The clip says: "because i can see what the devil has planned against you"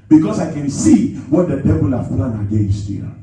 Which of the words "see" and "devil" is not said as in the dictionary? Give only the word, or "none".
devil